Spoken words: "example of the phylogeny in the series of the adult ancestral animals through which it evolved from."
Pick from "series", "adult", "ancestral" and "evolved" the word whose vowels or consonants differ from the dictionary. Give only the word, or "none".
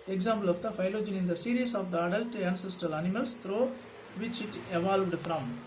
series